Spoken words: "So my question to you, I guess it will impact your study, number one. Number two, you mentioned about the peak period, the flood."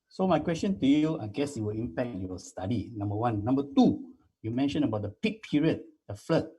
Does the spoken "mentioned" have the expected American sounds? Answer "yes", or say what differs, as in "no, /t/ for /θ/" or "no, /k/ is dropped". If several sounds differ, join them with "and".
no, /d/ is dropped